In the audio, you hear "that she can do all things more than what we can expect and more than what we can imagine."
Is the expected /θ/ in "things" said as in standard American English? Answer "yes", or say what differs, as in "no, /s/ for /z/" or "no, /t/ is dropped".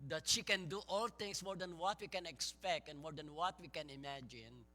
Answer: no, /t/ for /θ/